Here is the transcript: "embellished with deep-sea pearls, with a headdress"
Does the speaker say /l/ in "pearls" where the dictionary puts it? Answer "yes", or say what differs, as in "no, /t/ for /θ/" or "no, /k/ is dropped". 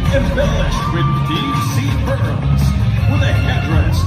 no, /l/ is dropped